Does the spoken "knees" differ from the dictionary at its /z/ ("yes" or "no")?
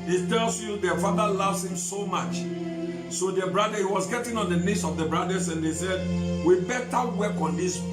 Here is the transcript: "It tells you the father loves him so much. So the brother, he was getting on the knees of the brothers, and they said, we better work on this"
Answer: yes